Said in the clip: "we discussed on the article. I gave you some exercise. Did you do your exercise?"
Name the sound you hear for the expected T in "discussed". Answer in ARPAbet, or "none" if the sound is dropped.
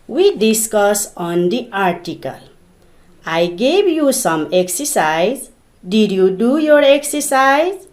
none